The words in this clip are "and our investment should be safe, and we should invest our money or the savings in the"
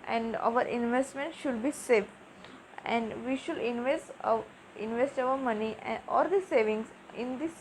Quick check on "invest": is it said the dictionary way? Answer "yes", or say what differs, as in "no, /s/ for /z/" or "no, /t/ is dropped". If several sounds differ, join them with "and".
yes